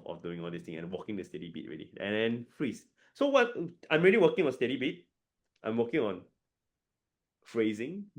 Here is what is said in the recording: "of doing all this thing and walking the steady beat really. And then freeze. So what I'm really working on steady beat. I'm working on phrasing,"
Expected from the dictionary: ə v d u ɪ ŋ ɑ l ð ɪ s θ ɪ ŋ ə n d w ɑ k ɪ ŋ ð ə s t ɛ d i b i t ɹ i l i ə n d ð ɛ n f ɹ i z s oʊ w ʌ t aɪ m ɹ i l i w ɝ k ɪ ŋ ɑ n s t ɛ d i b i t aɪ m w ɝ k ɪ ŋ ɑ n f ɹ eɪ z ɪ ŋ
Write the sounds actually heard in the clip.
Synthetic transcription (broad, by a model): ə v d u ɪ ŋ ɑ l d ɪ s t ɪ ŋ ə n w ɑ k ɪ ŋ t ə s t ɛ d i b i t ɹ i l i ə n d ɛ n f ɹ i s s oʊ w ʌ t aɪ m ɹ i l i w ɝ k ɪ ŋ ɑ n s t ɛ d i b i t aɪ m w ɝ k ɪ ŋ ɑ n f ɹ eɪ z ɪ ŋ